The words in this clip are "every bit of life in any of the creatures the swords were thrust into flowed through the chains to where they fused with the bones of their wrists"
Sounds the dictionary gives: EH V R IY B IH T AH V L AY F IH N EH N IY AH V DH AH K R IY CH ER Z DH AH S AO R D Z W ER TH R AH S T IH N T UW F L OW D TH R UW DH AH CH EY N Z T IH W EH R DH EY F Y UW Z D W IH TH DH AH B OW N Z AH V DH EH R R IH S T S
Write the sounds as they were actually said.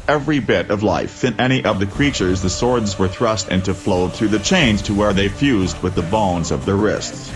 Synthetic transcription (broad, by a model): EH V R IY B IH T AH V L AY F IH N EH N IY AH V DH AH K R IY CH ER Z DH AH S AO R D Z W ER TH R AH S T IH N T UW F L OW D TH R UW DH AH CH EY N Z T IH W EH R DH EY F Y UW Z D W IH DH AH B OW N Z AH V DH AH R R IH S T S